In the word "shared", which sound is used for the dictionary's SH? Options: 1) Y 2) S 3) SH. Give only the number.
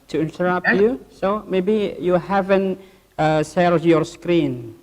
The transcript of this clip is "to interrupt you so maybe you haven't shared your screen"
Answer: 2